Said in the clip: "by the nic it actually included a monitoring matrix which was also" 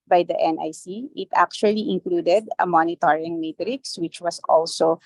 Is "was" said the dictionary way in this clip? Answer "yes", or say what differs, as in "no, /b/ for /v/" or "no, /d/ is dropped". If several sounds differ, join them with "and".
no, /s/ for /z/